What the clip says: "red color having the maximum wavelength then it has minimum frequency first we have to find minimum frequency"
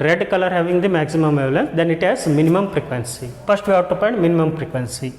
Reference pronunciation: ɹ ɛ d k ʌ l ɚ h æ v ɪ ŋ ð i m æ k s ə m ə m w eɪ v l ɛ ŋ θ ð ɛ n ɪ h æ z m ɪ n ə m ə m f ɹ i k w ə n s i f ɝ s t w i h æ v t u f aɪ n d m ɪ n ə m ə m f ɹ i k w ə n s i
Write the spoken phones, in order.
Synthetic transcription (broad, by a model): ɹ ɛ d k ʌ l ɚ h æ v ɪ ŋ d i m æ k s ə m ə m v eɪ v l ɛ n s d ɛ n ɪ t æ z m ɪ n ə m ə m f ɹ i k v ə n s i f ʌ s t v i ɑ t u p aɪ n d m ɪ n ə m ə m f ɹ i k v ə n s i